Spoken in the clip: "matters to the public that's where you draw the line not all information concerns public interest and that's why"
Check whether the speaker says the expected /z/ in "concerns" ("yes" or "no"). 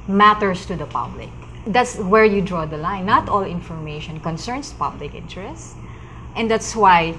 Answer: no